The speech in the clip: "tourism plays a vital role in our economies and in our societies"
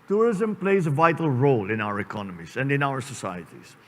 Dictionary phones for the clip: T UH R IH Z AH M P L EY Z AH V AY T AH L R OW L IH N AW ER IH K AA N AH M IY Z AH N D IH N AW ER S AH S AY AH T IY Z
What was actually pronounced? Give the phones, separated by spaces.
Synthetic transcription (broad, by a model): T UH R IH Z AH M P L EY Z AH V AY T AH L R OW L IH N AW ER IH K AA N AH M IY Z AH N D IH N AW ER S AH S AY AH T IY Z